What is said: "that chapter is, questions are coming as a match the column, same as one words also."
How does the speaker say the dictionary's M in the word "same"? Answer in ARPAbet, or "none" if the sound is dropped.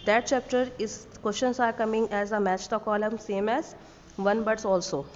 M